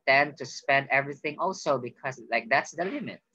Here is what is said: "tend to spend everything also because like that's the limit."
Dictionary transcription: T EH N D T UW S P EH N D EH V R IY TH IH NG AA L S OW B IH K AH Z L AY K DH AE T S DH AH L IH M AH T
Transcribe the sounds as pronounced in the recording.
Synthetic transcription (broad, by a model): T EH N T UW S P EH N D EH V R IY TH IH NG AA L S OW B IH K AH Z L AY K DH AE T S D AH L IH M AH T